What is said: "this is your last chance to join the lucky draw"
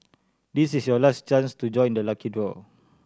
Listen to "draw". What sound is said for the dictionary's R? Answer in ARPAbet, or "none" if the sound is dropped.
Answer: W